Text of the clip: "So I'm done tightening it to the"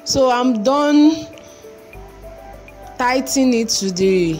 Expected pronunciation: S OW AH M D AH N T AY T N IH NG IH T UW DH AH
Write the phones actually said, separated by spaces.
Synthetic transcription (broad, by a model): S OW AH M D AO N T AY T IH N IH T UW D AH